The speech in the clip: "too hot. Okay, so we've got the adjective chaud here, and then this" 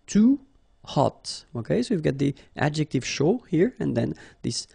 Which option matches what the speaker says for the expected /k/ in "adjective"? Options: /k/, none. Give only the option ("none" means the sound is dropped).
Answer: /k/